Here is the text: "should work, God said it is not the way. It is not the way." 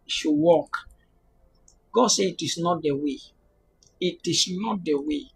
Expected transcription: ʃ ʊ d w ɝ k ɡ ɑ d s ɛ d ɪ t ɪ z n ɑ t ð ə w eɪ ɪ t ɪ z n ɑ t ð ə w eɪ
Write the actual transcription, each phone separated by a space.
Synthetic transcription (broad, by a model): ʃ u w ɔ k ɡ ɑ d s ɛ ɪ t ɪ s n ɑ t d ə w eɪ ɪ t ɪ s n ɑ t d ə w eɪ